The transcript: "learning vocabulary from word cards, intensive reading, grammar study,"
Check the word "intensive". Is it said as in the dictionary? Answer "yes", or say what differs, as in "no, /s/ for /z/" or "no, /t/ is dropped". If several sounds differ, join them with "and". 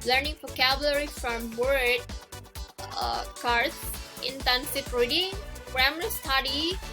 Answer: no, /f/ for /v/